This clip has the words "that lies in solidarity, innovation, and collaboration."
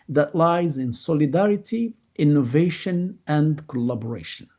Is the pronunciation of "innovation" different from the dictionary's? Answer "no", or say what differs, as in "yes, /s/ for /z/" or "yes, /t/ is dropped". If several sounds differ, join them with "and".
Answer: no